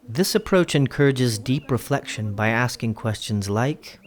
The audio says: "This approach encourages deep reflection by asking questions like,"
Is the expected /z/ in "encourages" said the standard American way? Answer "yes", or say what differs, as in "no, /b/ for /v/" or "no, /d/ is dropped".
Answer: yes